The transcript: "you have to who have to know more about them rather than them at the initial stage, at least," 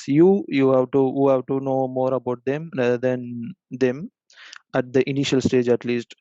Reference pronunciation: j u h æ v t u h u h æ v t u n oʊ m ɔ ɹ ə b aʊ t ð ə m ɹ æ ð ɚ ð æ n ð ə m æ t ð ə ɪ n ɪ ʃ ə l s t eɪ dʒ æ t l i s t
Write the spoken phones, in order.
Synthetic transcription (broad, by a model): j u h æ v t u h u h æ v t u n oʊ m ɔ ɹ ə b aʊ t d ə m ɹ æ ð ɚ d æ n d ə m æ t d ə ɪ n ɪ ʃ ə l s t eɪ dʒ æ t l i s t